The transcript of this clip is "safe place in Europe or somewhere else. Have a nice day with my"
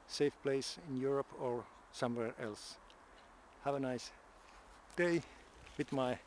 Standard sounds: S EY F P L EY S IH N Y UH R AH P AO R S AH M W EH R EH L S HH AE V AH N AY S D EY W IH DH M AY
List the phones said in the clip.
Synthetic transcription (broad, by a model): S EY F P L EY S IH N Y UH R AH P AO R S AH M W EH R EH L S HH AE V AH N AY S D EY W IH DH M AY